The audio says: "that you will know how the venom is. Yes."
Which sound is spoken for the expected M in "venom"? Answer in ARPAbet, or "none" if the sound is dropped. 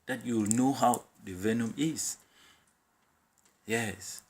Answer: M